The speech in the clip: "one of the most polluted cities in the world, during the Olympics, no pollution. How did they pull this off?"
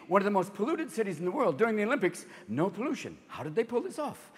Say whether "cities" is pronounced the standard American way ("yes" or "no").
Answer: yes